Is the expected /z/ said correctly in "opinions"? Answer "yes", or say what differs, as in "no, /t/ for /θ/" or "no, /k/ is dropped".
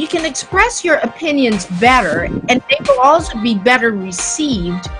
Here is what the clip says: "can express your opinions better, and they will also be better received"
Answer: yes